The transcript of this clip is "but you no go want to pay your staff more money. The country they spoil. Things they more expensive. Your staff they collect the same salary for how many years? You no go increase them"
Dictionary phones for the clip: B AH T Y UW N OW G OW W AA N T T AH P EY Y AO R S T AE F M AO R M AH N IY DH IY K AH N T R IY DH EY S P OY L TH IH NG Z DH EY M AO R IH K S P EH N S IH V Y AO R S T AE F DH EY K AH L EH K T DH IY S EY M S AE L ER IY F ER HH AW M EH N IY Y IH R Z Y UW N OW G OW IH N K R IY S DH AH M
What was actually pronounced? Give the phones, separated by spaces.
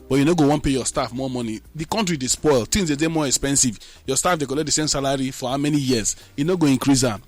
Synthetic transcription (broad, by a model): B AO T Y UW N OW G OW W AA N P EY Y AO S T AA F M AO M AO N IY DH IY K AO N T R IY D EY S P OY L T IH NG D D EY M AO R IH K S P EH N S IH V Y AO S T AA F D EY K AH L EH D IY S EY M S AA L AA IY F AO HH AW M EH N IY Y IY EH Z Y UW N OW G OW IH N K R IY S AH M